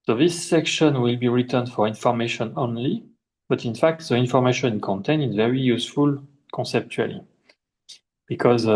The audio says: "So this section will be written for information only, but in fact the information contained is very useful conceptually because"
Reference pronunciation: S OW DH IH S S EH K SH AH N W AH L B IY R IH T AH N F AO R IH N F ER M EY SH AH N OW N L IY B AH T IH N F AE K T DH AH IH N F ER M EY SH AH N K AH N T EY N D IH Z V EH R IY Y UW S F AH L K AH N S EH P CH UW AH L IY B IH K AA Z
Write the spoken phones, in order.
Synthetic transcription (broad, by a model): S OW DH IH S S EH K SH AH N W AH L B IY R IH T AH N F AO R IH N F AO M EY SH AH N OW N L IY B AH T IH N F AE K T DH AH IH N F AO M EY SH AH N K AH N T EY N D IH Z V EH R IY Y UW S F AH L K AH N S EH P CH UW AH L IY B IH K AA Z